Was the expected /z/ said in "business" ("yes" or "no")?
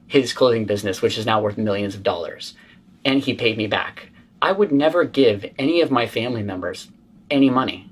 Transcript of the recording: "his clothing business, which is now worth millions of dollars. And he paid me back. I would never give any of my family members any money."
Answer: yes